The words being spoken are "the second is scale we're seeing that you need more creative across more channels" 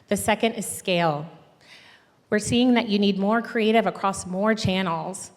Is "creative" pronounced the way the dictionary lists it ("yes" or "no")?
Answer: yes